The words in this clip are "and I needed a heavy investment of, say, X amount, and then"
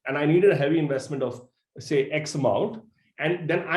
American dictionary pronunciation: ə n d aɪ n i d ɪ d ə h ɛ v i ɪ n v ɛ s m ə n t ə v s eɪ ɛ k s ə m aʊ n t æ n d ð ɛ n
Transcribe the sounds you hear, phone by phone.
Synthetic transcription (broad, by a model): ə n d aɪ n i d ɪ d ə h ɛ v i ɪ n v ɛ s m ə n t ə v s eɪ ɛ k s ə m aʊ n t æ n d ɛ n